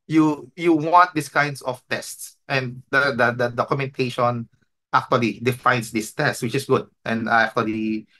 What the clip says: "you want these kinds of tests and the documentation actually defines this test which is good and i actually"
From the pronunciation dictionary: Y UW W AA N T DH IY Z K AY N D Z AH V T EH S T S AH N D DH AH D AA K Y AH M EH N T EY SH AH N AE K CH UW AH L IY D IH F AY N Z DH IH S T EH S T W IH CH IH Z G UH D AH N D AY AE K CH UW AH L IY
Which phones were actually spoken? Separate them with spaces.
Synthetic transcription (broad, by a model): Y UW W AA N T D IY S K AY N D S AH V T EH S T S AH N D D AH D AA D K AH M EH N T EY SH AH N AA K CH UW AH L IY D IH F AY N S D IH S T EH S T W IH CH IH S G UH D AH N D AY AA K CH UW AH L IY